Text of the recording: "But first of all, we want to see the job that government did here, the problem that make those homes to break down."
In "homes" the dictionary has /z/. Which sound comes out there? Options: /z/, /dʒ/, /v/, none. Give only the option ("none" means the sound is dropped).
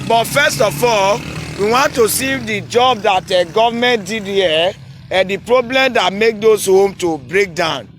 none